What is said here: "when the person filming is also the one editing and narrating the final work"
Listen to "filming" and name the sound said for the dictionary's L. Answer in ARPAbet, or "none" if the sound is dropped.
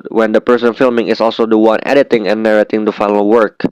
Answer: L